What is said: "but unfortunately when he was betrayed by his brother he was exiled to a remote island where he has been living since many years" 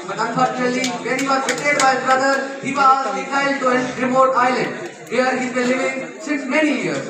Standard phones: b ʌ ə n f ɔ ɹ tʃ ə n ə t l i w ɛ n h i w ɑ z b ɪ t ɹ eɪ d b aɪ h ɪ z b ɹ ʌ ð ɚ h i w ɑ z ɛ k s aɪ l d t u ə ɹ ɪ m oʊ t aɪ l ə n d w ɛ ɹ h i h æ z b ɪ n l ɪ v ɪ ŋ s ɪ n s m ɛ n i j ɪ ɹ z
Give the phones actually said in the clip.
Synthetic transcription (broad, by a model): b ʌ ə n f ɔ ɹ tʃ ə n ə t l i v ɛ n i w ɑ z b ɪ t eɪ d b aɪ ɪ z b ɹ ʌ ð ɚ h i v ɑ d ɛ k aɪ l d t u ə ɹ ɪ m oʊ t aɪ l ə n d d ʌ ɹ h i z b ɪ l ɪ v ɪ ŋ s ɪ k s m ɛ n i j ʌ ɹ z